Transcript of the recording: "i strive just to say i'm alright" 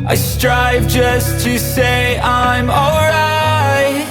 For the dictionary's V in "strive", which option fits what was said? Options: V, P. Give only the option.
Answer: V